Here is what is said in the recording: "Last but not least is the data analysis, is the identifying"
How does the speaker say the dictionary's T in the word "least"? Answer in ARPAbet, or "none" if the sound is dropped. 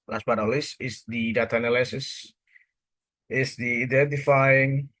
none